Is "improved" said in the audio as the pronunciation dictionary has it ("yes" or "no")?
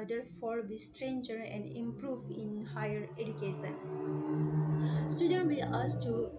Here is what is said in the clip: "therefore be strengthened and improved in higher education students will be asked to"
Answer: no